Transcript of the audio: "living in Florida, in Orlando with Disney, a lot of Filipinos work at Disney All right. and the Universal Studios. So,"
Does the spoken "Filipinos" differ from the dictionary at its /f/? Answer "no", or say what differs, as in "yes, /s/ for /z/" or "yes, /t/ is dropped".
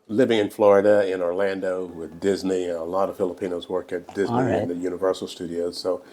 no